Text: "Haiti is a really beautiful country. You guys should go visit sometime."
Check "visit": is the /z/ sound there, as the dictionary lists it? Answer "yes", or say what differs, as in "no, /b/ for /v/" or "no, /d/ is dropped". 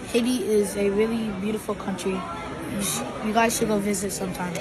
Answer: yes